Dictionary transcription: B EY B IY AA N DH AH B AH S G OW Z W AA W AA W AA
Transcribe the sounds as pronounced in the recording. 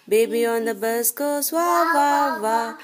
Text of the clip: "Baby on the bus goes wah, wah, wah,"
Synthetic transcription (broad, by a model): B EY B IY AA N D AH B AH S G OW S W AA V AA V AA